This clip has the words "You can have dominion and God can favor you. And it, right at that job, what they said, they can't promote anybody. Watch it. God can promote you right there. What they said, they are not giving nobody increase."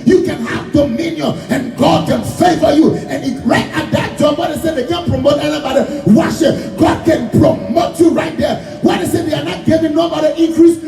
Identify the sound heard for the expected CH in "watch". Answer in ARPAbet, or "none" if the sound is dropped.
SH